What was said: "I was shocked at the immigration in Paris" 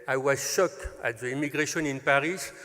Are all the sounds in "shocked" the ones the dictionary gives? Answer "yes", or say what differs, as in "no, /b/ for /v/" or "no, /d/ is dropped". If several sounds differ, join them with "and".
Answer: no, /t/ is dropped